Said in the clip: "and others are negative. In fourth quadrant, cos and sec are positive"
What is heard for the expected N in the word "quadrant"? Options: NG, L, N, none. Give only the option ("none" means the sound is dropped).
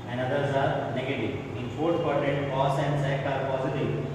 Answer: none